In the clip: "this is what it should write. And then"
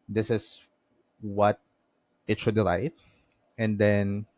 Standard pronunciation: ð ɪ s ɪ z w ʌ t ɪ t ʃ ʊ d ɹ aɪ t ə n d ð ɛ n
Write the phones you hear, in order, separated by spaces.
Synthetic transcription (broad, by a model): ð ɪ s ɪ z w ʌ t ɪ t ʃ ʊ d l aɪ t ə n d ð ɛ n